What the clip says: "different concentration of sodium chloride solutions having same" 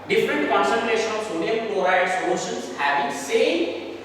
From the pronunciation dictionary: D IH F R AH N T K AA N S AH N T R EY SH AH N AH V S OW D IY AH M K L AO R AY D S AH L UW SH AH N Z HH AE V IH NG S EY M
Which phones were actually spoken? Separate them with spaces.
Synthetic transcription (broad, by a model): D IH F R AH N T K AA N S AH N T R EY SH AH N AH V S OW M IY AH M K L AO R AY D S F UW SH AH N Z HH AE B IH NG S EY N